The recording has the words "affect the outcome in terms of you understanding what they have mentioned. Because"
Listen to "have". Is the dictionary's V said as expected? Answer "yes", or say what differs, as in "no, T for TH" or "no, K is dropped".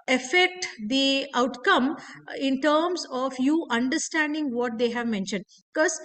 yes